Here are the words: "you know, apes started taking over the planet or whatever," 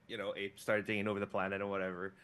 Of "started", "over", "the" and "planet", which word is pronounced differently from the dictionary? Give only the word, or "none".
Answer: none